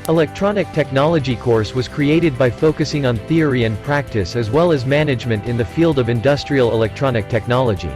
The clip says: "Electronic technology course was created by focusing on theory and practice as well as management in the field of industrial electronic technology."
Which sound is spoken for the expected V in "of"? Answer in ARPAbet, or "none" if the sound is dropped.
V